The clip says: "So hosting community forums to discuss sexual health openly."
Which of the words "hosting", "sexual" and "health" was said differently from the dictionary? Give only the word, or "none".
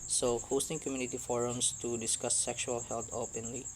health